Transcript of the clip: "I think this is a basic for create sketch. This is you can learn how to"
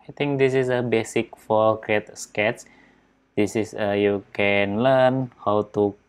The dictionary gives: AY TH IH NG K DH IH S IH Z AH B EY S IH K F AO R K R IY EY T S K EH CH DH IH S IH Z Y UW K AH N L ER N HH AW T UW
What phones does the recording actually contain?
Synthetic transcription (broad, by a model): AY T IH NG K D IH S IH S AH B EY S IH K F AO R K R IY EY T S K EH CH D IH S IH S Y UW K AH N L ER N HH AW T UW